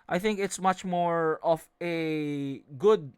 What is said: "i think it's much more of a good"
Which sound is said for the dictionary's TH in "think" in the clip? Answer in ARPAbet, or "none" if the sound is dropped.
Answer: TH